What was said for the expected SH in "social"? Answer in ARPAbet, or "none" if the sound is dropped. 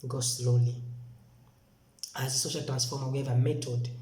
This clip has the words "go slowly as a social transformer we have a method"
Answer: SH